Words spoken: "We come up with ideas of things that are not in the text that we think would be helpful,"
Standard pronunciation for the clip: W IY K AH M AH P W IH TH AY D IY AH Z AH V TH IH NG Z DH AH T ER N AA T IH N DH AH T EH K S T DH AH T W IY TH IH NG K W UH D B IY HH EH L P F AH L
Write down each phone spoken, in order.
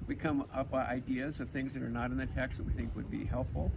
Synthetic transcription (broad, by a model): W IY K AH M AH P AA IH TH AY D IY AH Z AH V TH IH NG Z DH AH T ER N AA T IH N DH AH T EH K S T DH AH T W IY TH IH NG K W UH D B IY HH EH L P F L